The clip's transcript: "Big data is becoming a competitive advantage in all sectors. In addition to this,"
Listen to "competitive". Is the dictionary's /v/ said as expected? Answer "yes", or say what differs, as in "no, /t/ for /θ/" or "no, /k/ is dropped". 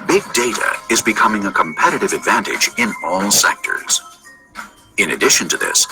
yes